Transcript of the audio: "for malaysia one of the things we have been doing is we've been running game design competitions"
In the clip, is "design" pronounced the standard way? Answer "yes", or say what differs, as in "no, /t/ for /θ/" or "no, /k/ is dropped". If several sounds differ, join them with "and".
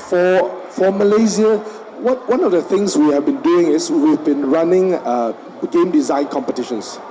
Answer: yes